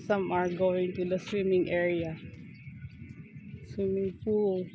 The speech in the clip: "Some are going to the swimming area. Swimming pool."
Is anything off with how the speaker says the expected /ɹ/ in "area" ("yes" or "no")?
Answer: no